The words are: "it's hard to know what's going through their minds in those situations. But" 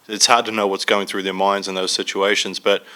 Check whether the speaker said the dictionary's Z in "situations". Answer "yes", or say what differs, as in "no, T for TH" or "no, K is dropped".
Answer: yes